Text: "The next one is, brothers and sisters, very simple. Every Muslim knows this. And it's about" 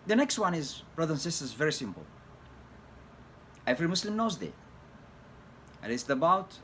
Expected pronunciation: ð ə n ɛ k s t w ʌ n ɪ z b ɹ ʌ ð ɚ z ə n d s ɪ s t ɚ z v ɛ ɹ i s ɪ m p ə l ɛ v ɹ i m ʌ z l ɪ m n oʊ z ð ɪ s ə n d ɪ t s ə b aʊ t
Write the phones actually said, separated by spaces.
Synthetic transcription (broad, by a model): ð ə n ɛ k s t w ʌ n ɪ z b ɹ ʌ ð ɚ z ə n s ɪ s t ɚ z v ɛ ɹ i s ɪ m p ə l ɛ v ɹ i m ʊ s l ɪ m n oʊ z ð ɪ ə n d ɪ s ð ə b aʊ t